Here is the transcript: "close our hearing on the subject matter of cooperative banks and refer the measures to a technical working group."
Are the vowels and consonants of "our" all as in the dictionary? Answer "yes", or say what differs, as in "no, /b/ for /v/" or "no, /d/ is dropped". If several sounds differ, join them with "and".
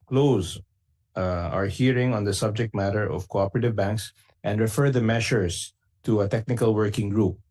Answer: yes